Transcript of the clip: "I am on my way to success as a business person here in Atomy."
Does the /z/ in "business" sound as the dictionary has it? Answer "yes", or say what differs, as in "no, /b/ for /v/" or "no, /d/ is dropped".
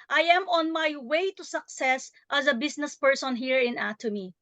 no, /s/ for /z/